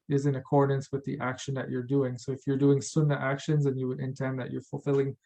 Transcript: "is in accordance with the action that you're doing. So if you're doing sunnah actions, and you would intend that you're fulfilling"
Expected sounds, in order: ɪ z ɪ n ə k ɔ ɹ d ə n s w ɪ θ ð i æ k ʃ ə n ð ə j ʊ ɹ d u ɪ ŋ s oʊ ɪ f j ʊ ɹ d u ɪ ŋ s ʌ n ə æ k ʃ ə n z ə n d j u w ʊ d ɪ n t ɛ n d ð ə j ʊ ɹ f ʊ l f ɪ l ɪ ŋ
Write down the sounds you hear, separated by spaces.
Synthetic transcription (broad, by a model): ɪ z ɪ n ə k ɔ ɹ d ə n s w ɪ ð i æ k ʃ ə n ð ə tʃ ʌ ɹ d u ɪ ŋ s oʊ ɪ f j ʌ ɹ d u ɪ ŋ s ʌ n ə æ k ʃ ə n z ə n j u w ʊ d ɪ n t ɛ n ð ə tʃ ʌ ɹ f l f ɪ l ɪ ŋ